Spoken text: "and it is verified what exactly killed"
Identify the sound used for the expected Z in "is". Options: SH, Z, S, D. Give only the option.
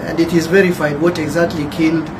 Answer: Z